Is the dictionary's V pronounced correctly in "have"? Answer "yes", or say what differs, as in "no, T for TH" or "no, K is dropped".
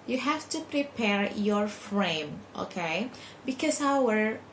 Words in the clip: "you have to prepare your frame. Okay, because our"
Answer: no, F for V